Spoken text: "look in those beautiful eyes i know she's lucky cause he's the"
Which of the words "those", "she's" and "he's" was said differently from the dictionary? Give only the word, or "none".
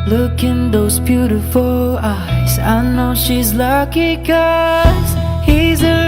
none